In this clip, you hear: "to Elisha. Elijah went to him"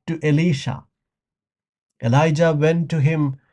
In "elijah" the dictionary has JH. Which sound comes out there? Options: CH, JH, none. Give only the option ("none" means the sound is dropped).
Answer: JH